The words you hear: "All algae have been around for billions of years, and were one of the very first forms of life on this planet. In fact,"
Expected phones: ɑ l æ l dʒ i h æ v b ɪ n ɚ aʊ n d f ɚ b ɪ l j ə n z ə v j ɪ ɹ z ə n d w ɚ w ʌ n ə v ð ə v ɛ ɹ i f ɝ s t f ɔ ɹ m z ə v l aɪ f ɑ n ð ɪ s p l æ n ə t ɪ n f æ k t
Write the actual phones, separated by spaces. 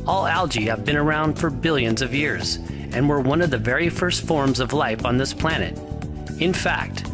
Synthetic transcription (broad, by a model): ɑ l æ l dʒ i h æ v b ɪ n ɚ aʊ n d f ɚ b ɪ l j ə n z ə v j ɪ ɹ z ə n w ɚ w ʌ n ə v ð ə v ɛ ɹ i f ɝ s t f ɔ ɹ m z ə v l aɪ f n ð ɪ s p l æ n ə t ɪ n f æ k t